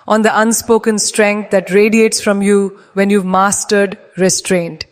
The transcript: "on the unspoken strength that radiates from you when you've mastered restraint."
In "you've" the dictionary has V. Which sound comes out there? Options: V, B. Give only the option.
V